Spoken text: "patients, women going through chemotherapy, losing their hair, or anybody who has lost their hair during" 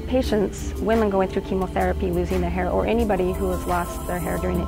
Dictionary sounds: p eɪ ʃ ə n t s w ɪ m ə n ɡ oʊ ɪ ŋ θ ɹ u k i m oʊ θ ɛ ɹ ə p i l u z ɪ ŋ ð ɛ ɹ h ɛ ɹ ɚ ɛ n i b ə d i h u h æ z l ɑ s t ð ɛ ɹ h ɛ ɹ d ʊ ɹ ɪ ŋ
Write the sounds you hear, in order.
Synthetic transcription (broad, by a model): p eɪ ʃ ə n t s w ɪ m ə n ɡ oʊ ɪ ŋ θ ɹ u k i m oʊ θ ɛ ɹ ə p i l u z ɪ ŋ ð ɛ ɹ h ɛ ɹ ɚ ɛ n i b ə d i h u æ z l ɑ s t ð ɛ ɹ h ɛ ɹ d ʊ ɹ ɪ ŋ